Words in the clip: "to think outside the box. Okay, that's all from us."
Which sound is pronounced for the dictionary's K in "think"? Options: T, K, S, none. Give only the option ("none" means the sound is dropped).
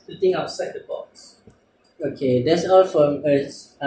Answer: none